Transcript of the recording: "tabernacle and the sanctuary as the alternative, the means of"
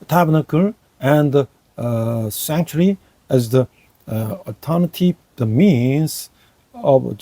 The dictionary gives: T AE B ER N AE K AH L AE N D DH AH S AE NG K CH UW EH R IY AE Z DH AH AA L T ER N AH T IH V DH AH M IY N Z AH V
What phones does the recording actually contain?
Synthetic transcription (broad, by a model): T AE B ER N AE K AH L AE N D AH S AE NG K CH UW R IY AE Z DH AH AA T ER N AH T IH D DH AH M IY N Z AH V